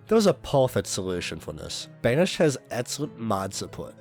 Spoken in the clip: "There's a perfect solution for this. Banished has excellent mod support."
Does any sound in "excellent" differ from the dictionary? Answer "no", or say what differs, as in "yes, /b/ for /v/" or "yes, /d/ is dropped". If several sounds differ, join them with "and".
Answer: yes, /l/ is dropped